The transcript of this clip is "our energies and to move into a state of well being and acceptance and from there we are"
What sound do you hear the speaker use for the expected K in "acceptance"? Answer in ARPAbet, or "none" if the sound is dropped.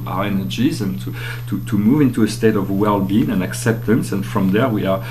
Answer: K